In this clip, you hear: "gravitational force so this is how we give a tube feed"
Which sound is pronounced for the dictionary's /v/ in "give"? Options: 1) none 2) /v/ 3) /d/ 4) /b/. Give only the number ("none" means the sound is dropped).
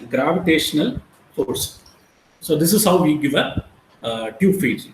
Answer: 2